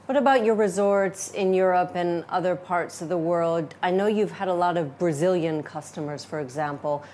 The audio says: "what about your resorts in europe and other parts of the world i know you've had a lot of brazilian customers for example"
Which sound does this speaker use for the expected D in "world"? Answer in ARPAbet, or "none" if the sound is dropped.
D